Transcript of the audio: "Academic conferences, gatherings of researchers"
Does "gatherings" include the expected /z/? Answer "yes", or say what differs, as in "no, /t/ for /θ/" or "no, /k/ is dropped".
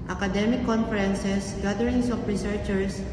no, /s/ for /z/